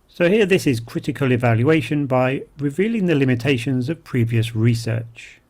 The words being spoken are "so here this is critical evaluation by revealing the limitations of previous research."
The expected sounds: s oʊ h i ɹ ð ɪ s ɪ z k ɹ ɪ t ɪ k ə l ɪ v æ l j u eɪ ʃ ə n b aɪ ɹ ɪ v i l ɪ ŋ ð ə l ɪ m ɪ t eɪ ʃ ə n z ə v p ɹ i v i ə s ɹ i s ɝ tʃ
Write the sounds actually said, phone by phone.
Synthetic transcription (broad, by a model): s oʊ h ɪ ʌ ð ɪ s ɪ z k ɹ ɪ t ɪ k ə l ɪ v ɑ l j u eɪ ʃ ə n b aɪ ɹ ɪ v i l ɪ ŋ ð ə l ɪ m ɪ t eɪ ʃ ə n z ə v p ɹ i v i ə s ɹ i s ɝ tʃ